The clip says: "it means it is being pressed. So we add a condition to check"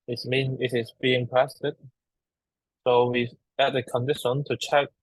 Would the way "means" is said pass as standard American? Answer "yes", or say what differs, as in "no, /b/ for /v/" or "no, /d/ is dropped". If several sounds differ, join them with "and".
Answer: no, /z/ is dropped